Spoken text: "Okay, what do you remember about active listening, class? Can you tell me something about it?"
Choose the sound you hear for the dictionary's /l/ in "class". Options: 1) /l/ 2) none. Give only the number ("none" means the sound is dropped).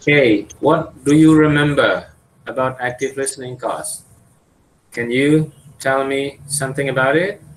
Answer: 2